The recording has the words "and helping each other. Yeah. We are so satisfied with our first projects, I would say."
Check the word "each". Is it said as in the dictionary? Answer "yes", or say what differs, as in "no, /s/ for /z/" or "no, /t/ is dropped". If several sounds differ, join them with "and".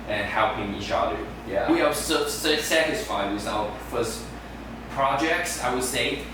no, /ʃ/ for /tʃ/